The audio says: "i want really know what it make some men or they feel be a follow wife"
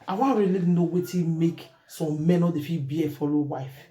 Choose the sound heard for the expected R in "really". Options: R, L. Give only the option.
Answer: L